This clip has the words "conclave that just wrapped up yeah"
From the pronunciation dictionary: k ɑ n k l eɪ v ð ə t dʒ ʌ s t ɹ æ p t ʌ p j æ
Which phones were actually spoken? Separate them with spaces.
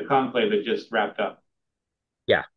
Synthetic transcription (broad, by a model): k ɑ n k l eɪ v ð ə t dʒ ʌ s t ɹ æ p t ʌ p j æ